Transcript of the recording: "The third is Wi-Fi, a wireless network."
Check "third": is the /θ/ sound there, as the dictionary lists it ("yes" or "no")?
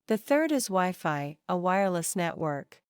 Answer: yes